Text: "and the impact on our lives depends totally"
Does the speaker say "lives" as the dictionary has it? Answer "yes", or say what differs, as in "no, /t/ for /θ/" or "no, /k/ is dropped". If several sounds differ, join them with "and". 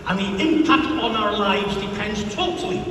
yes